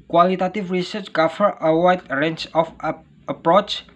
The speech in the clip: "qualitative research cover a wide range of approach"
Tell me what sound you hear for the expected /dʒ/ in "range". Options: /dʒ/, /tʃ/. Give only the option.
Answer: /tʃ/